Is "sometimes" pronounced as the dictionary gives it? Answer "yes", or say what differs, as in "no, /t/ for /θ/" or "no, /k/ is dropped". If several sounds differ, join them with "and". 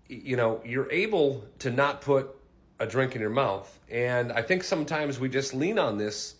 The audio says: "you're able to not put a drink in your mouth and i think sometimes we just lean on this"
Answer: yes